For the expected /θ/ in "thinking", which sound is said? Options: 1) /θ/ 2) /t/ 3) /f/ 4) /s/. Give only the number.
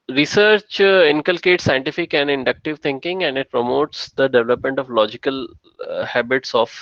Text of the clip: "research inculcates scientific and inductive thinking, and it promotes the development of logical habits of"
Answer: 2